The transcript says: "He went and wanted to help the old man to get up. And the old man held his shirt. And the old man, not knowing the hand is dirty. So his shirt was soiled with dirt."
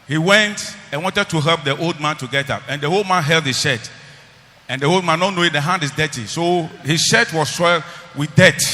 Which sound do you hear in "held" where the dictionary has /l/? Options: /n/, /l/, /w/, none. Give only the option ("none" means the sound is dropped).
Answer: /l/